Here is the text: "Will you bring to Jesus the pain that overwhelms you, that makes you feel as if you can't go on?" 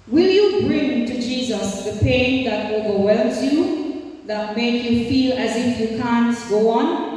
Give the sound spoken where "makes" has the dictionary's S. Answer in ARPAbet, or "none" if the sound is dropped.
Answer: none